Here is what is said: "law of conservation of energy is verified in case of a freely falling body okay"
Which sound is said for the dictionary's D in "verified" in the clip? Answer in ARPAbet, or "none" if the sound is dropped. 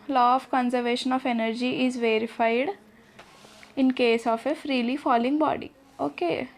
D